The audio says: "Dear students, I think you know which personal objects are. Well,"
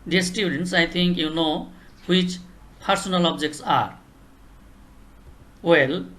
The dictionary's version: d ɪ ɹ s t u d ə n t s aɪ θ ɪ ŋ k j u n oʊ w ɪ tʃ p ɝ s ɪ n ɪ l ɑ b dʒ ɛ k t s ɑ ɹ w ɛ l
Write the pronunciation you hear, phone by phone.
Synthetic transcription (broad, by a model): d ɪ s t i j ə n t s aɪ t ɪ ŋ k j u n oʊ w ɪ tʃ p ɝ s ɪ n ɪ l ɑ b dʒ ɛ k t s ɑ ɹ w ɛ l